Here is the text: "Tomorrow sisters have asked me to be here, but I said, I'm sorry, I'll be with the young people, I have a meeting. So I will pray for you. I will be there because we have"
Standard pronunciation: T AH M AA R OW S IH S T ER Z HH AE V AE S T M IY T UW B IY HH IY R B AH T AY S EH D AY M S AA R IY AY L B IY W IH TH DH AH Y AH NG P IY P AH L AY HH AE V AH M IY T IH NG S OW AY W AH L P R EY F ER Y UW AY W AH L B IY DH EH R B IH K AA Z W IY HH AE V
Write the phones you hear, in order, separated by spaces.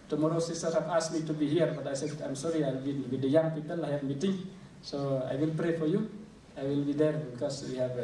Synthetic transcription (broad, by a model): T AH M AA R OW S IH S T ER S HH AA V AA S M IY T UW B IY HH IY R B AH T AY S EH AY M S AA R IY AY L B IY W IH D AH Y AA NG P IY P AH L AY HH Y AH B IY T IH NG S OW AY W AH L P R EY F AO Y UW AY W AH L B IY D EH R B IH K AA S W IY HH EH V